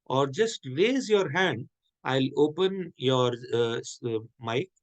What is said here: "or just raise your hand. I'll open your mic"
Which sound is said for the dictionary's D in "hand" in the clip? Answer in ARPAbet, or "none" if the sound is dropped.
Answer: D